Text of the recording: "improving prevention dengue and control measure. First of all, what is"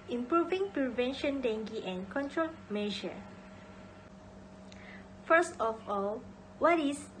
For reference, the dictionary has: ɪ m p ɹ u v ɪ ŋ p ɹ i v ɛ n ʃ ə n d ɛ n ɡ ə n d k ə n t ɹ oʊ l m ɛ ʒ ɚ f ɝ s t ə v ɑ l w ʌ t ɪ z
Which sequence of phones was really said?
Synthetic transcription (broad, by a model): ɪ m p ɹ u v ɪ ŋ p ɹ i v ɛ n ʃ ə n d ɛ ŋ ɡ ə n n k ə n t ɹ oʊ l m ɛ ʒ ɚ f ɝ s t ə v ɑ l w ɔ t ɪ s